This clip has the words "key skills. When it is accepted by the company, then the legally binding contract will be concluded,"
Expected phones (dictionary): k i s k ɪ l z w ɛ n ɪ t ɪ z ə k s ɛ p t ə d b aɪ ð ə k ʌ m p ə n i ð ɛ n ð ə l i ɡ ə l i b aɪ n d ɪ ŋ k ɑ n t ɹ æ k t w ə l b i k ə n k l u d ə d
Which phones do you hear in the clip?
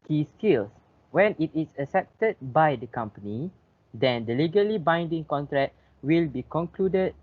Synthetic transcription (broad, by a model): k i s k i l s w ɛ n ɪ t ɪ s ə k s ɛ p t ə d b aɪ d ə k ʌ m p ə n i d ɛ n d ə l i ɡ ə l i b aɪ n d ɪ ŋ k ɑ n t ɹ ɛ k w ə l b i k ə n k l u d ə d